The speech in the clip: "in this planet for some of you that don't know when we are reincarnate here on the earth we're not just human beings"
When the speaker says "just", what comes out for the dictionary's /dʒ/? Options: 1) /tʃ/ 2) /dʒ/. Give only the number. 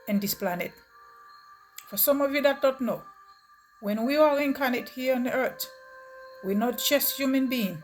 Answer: 1